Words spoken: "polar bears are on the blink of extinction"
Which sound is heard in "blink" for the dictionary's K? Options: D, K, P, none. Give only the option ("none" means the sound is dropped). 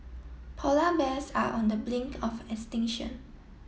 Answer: K